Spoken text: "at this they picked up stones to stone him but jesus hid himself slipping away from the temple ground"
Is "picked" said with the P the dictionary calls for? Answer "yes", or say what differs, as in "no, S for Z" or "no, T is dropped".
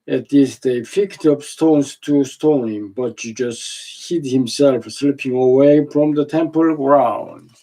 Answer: no, F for P